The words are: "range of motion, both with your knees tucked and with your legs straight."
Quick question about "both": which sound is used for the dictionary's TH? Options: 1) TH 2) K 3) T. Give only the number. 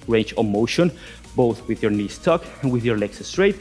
1